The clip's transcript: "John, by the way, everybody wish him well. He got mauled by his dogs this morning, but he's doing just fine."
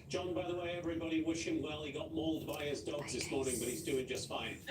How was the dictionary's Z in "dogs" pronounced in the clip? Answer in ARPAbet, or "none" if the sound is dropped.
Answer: Z